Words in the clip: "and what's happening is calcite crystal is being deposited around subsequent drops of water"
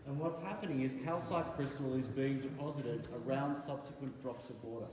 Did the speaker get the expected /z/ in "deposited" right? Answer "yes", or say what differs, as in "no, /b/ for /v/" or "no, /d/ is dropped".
yes